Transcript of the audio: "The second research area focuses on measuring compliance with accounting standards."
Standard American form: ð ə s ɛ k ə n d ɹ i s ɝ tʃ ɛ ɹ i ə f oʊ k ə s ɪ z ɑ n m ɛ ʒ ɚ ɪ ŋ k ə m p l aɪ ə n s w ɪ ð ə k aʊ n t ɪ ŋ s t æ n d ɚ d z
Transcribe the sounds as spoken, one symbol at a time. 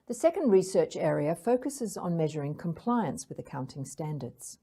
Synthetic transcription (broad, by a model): ð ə s ɛ k ə n d ɹ i s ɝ tʃ ɛ ɹ i ə f oʊ k ə s ɪ z n m ɛ ʒ ɚ ɪ ŋ k ə m p l aɪ ə n s w ɪ ð ə k aʊ n t ɪ ŋ s t æ n d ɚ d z